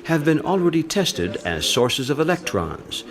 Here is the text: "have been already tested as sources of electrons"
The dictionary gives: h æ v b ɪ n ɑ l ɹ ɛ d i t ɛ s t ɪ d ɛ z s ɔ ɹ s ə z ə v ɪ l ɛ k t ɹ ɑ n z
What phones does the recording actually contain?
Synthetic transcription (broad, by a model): h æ v b ɪ n ɑ l ɹ ɛ d i t ɛ s t ɪ d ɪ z s ɔ ɹ s ə z ə v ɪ l ɛ k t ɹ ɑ n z